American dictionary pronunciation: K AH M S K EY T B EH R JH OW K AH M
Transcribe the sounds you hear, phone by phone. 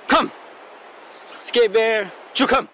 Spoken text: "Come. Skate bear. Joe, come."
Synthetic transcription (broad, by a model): K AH M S K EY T B EH R CH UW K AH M